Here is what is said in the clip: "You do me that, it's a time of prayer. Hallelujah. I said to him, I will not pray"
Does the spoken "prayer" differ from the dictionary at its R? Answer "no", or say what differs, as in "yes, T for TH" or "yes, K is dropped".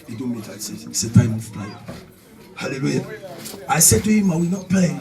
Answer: yes, L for R